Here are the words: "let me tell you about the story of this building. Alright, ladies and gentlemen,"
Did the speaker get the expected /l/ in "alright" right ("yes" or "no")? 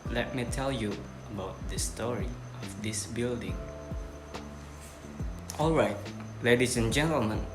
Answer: yes